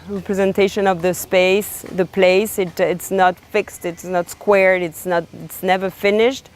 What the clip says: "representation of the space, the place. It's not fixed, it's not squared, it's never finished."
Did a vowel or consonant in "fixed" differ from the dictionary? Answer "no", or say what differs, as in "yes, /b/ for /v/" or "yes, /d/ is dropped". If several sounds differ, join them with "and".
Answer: no